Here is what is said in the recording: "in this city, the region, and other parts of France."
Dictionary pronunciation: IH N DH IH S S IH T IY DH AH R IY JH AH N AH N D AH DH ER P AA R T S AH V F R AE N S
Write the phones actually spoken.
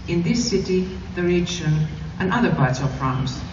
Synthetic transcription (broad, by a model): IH N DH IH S S IH T IY DH AH R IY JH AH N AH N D AH DH ER B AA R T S AH V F R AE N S